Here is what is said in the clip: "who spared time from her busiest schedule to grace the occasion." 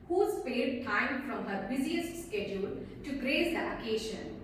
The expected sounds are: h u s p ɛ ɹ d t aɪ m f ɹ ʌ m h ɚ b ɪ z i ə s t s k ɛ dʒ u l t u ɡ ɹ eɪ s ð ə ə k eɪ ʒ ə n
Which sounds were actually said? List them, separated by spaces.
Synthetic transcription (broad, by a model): h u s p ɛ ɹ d t aɪ m f ɹ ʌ m h ɚ b ɪ z i ə s t s k ɛ dʒ u l t u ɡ ɹ eɪ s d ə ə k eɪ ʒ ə n